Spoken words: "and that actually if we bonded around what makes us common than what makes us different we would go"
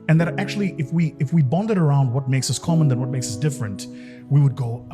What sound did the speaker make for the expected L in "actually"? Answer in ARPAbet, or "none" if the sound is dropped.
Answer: W